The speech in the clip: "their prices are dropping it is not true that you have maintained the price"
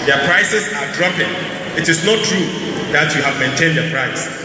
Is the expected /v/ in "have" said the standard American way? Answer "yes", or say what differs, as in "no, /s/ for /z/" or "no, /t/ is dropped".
yes